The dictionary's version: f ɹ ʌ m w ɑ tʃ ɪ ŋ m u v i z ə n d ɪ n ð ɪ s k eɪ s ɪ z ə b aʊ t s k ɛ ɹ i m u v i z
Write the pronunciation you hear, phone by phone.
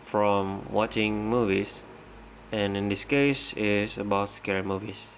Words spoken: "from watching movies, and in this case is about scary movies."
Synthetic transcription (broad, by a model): f ɹ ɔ m w ɑ tʃ ɪ ŋ m u v i s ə n ɪ n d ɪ s k eɪ s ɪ s ə b aʊ t s k ɛ ɹ i m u v i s